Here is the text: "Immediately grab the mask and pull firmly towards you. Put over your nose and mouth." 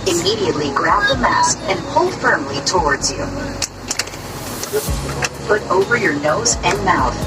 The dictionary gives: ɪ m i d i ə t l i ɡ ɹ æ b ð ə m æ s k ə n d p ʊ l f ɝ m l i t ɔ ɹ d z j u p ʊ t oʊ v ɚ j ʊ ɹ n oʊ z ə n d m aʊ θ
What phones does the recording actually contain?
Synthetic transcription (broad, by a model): ɪ m i d i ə t l i ɡ ɹ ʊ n ð ə m æ s k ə n p ʊ l f ɝ m l i t ɔ ɹ d z j u p ʊ t oʊ v ɚ j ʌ ɹ n oʊ z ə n m aʊ θ